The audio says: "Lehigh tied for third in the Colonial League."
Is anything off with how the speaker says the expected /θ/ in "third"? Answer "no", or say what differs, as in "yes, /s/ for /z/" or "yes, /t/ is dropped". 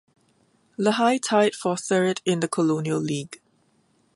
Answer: yes, /s/ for /θ/